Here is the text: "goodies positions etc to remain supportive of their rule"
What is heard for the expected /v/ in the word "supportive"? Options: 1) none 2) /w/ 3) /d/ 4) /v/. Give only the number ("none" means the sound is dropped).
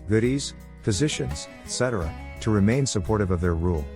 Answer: 4